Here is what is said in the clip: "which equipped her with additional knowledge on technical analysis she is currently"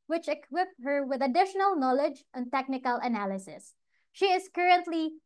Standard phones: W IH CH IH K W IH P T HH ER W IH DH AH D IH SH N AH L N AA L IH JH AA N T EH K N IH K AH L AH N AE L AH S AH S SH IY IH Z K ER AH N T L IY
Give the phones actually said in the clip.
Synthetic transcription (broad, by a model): W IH CH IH K W IH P HH ER W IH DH AH D IH SH N AH L N AA L IH JH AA N T EH K N IH K AH L AH N AE L AH S AH S SH IY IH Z K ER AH N T L IY